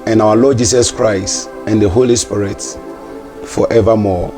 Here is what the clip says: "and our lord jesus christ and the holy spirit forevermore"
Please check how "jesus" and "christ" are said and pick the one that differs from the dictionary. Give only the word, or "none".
jesus